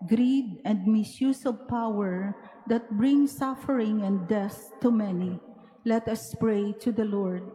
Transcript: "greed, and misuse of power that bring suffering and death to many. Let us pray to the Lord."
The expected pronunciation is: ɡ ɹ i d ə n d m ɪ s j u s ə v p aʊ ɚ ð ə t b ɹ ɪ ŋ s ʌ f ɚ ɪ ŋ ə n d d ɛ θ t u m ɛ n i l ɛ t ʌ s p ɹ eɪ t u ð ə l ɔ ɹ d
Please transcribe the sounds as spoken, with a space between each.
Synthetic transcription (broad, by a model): ɡ ɹ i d ə n d m ɪ s j u s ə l p aʊ ɚ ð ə t b ɹ ɪ ŋ s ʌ f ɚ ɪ ŋ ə n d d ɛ s t u m ɛ n i l ɛ t ʌ s p ɹ eɪ t u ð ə l ɔ ɹ d